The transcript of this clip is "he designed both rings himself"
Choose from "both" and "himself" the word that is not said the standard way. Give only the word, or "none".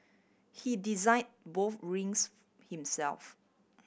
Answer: none